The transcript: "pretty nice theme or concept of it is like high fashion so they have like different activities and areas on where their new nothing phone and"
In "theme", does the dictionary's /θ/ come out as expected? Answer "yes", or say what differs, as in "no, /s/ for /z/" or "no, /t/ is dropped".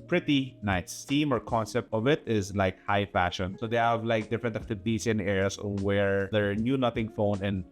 no, /t/ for /θ/